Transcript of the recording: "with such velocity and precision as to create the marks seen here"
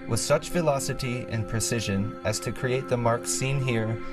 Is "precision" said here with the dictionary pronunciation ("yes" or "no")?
yes